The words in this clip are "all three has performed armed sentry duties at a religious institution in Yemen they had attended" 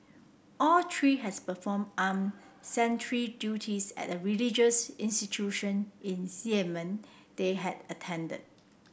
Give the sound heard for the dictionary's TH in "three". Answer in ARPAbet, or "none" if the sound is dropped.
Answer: T